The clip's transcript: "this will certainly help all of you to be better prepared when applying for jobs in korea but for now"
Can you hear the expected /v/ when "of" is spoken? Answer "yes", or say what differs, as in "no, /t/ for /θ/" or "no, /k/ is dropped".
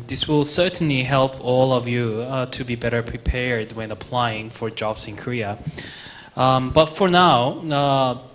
yes